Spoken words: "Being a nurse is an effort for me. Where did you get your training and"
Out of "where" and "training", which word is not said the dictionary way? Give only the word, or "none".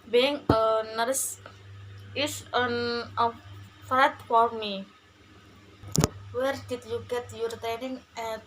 training